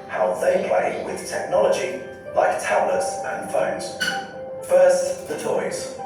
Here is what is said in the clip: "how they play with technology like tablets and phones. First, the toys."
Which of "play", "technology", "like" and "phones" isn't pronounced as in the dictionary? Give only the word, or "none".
none